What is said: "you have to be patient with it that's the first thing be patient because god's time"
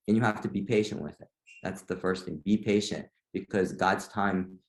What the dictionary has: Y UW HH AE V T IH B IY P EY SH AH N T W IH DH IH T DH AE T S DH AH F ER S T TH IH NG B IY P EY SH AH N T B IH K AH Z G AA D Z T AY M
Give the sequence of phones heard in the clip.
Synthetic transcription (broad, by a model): Y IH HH AE F T IH B IY P EY SH AH N T W IH DH IH T DH AE T S DH AH F ER S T TH IH NG B IY P EY SH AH N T B IH K AH Z G AA D Z T AY M